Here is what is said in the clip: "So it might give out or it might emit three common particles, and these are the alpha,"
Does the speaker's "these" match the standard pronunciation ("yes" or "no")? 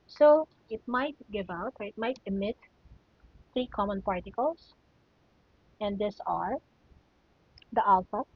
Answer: no